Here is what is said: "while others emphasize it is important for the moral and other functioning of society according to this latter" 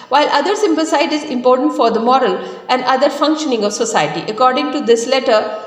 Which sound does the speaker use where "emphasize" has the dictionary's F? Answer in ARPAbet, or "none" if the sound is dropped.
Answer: P